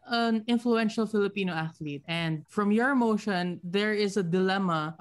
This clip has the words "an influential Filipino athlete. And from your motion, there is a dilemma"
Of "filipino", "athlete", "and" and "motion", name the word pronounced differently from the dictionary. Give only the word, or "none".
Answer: none